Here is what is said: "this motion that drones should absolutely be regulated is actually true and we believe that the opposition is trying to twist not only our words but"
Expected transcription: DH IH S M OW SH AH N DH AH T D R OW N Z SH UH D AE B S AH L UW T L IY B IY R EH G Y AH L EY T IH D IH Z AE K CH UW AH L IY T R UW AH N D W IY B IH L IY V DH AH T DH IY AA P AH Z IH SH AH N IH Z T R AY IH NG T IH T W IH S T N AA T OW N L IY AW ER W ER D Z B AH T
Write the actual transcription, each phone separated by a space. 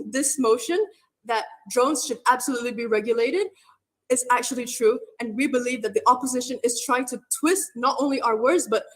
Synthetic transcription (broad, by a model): DH IH S M OW SH AH N DH AH T D R OW N Z SH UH D AE B S AH L UW T L IY B IY R EH G Y AH L EY T IH D IH Z AE K CH UW AH L IY T R UW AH N W IY B IH L IY V DH AH T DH IY AA P AH Z IH SH AH N IH Z T R AY IH NG T IH T W IH S T N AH T OW N L IY AW ER W ER D Z B AH T